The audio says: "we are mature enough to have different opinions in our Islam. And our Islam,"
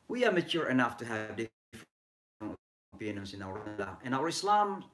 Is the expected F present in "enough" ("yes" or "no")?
yes